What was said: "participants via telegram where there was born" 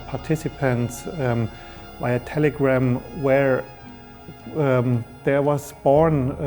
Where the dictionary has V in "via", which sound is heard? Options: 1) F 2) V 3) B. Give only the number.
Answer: 3